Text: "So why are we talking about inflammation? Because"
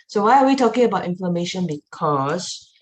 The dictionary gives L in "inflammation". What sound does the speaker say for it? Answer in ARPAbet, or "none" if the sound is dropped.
none